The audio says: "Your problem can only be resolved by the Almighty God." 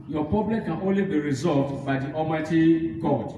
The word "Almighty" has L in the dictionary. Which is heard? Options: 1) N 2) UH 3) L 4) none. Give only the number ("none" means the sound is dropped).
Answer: 4